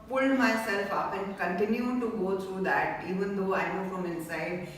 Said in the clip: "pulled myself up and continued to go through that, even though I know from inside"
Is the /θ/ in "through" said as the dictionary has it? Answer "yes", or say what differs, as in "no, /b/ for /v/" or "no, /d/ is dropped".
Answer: no, /t/ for /θ/